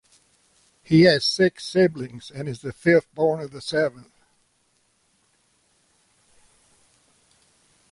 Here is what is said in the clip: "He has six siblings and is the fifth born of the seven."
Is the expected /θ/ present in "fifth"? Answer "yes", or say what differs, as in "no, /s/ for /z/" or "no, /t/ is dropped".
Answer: yes